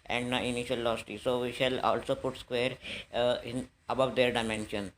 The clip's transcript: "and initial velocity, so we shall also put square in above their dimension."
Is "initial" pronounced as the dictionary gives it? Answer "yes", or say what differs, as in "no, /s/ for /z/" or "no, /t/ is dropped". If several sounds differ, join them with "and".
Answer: no, /n/ is dropped